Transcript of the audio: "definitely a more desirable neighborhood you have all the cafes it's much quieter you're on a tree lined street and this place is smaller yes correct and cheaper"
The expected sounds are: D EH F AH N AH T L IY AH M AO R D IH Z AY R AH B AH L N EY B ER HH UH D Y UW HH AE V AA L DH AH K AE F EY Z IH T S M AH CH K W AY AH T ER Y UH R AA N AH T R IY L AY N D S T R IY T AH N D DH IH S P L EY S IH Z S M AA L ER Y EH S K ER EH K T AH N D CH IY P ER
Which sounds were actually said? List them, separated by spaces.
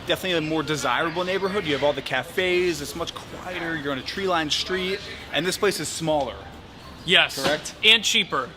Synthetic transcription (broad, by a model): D EH F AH N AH T L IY M AO R D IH Z AY R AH B L N EY B ER HH UH D Y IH V AA L DH AH K AE F EY Z IH T S M AH CH K W AY AH T ER Y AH R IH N AH T R IY L AY N S T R IY T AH N DH IH S P L EY S IH Z S M AA L ER Y EH S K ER EH K T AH N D CH IY P ER